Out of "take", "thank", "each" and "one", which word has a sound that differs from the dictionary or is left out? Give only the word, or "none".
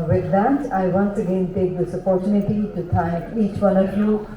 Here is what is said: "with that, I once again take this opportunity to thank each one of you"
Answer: thank